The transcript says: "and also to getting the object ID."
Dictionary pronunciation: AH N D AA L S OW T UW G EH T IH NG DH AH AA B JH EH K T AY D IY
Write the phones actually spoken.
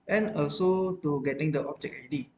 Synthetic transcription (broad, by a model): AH N AA L S OW T UW G EH T IH NG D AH AA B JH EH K AY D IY